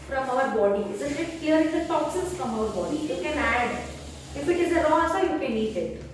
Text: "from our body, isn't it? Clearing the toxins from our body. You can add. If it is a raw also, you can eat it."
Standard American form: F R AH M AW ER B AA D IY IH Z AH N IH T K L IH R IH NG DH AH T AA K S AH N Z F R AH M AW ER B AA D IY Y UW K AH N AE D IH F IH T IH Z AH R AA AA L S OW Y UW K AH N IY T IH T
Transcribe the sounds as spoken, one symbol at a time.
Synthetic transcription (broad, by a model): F R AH M AW ER B AA D IY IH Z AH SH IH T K L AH R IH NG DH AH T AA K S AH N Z F R AH M AW ER B AA D IY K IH K AH N AE D IH F IH T IH Z AH R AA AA S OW Y UW K AH N IY T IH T